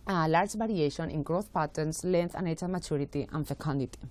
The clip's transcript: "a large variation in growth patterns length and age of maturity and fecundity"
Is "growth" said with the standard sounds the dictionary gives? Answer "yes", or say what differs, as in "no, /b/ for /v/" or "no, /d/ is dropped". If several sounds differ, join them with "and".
no, /t/ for /θ/